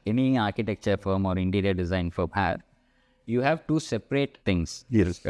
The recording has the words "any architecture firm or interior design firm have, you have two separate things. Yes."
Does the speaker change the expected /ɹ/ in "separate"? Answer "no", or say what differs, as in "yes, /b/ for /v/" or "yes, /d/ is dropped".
no